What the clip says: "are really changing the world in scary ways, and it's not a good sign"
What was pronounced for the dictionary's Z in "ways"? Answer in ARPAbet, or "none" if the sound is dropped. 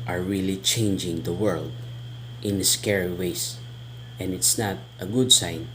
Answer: S